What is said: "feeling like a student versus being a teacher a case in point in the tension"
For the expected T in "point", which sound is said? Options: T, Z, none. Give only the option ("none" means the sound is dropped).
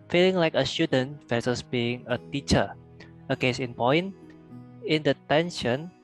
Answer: none